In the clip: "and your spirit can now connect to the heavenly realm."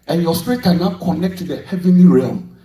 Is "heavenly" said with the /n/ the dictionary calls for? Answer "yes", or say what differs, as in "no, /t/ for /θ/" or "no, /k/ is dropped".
yes